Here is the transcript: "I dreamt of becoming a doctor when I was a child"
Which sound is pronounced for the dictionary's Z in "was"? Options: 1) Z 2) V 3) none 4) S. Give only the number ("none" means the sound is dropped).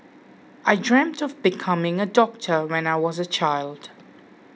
1